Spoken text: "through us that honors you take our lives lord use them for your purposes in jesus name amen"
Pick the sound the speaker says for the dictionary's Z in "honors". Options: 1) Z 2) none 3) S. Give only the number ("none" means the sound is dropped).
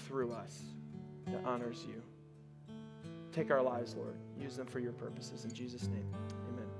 1